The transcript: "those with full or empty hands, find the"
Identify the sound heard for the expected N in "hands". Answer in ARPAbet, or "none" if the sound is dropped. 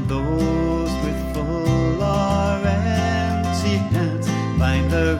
none